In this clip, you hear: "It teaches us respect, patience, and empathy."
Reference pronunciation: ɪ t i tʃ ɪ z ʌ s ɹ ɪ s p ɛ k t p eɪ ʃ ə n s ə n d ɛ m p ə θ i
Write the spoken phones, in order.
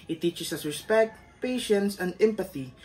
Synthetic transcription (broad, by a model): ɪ t i tʃ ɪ s ʌ s ɹ ɪ s p ɛ k t p eɪ ʃ ə n s ə n d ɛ m p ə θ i